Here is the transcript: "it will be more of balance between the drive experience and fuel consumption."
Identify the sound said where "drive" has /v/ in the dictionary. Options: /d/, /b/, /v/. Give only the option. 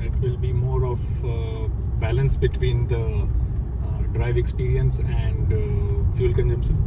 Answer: /v/